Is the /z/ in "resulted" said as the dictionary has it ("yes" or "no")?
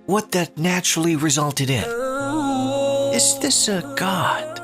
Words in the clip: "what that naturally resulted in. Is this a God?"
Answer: yes